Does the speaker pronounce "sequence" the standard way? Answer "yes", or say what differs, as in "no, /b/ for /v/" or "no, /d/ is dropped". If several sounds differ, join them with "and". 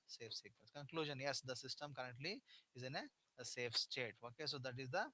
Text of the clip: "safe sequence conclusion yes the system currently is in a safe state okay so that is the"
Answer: no, /n/ is dropped